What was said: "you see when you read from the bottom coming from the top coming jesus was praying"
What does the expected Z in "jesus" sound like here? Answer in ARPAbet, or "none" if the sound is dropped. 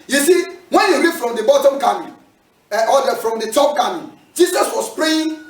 S